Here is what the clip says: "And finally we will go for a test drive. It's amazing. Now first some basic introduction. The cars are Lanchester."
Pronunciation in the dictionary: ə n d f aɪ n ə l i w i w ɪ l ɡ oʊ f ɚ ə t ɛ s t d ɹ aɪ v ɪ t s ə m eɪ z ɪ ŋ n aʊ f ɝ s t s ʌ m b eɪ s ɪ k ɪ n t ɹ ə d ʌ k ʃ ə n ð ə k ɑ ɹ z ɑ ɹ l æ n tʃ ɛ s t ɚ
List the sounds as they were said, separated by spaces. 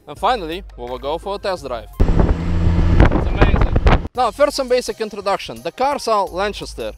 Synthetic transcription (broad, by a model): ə n f aɪ n ə l i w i w ɪ l ɡ oʊ f ɚ ə t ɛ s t d ɹ aɪ v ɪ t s ə m eɪ z ɪ ŋ n aʊ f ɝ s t s ʌ m b eɪ s ɪ k ɪ n t ɹ ə d ʌ k ʃ ə n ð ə k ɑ ɹ s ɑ l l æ n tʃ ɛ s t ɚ